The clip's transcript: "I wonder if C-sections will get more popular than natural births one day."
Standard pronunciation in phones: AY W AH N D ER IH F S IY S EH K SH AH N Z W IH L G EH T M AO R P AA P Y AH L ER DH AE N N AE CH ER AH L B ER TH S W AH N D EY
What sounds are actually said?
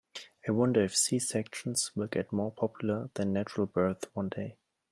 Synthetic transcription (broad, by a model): AY W AH N D ER IH F S IY S EH K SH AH N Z W IH L G EH T M AO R P AA P Y AH L ER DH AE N N AE CH ER AH L B ER TH W AH N D EY